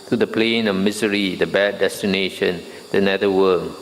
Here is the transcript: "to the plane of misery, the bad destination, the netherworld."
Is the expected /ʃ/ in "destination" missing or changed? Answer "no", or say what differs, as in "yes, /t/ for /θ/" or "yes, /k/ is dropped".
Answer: no